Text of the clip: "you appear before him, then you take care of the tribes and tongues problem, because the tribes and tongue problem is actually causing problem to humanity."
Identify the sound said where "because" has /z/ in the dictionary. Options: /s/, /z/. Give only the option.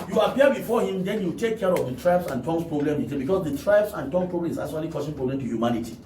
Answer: /s/